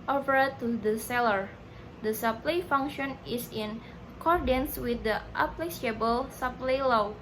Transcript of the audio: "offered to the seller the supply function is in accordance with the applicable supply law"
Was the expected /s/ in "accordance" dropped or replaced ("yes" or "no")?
no